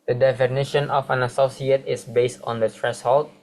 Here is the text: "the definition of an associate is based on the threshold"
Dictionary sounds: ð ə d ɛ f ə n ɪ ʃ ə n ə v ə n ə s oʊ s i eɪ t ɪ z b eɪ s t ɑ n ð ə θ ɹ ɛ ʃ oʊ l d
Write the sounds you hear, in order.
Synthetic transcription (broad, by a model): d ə d ɛ f ə n ɪ ʃ ə n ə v ə n ə s oʊ s i eɪ t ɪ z b eɪ s t ɑ n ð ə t ɹ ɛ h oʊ l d